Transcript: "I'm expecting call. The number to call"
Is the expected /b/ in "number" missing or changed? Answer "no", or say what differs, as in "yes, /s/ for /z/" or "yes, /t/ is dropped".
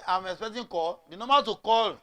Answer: yes, /b/ is dropped